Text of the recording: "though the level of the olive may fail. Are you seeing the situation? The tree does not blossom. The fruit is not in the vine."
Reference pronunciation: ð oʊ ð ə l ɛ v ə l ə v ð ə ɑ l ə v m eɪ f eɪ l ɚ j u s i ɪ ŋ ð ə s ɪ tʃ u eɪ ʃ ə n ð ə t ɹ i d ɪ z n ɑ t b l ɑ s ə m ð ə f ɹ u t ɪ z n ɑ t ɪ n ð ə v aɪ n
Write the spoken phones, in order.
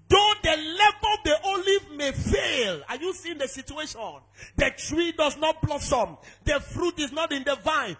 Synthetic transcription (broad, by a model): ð oʊ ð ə l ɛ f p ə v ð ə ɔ l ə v m eɪ f eɪ l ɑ j u s i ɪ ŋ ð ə s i tʃ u eɪ ʃ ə n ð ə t ɹ i d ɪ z n ɑ t b l ɑ s ə m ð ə f ɹ u t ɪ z n ɑ t ɪ n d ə v aɪ n